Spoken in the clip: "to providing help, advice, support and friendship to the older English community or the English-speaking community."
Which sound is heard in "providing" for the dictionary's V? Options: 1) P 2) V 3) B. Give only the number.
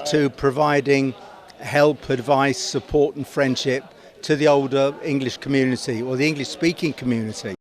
2